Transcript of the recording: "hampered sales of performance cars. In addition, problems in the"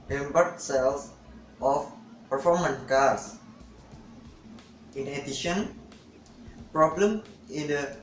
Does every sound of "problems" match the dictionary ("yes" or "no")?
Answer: no